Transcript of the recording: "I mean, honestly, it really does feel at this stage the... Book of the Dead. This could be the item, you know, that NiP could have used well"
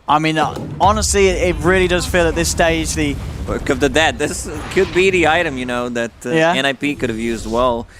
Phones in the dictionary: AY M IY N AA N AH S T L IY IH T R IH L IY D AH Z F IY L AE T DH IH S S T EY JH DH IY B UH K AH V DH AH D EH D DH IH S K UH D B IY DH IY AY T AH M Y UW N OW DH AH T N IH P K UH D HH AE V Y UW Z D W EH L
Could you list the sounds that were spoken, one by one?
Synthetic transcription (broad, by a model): AY M IY N AA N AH S T L IY IH T R IH L IY D AH Z F IY L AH T DH IH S S T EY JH DH IY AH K AH V DH AH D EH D DH IH S K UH D B IY DH IY AY T AH M Y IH N OW DH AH T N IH P K UH D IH V Y UW Z D W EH L